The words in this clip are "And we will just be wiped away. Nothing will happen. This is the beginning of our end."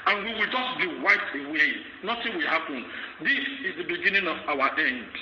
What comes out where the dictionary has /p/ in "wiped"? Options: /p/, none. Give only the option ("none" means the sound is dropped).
none